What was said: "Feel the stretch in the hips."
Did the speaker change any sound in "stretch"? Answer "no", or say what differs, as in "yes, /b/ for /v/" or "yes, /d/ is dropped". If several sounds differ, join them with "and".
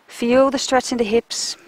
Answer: yes, /s/ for /tʃ/